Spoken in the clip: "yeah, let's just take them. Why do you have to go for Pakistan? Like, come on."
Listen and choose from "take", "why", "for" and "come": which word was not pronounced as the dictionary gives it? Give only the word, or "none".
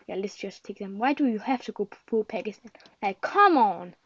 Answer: for